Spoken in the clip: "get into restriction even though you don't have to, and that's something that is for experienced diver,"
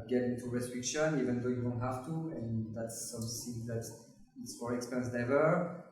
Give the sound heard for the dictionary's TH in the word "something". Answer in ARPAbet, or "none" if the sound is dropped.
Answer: S